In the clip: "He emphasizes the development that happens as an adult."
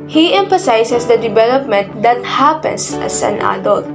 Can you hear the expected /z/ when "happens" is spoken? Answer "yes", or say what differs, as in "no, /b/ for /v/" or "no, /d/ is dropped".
no, /s/ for /z/